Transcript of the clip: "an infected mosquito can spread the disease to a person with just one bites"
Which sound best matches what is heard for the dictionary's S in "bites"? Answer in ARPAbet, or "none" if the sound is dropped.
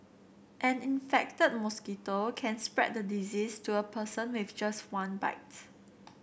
none